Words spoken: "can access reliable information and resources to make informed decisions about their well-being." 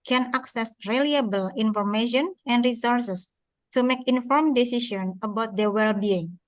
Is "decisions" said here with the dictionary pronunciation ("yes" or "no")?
no